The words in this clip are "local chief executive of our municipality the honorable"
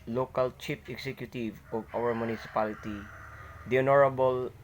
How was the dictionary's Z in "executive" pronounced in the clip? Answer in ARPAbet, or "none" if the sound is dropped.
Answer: S